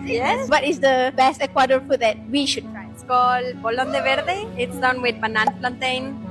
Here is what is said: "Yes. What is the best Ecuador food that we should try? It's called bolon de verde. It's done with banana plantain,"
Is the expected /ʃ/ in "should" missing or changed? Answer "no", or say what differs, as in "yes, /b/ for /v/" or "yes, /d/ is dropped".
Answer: no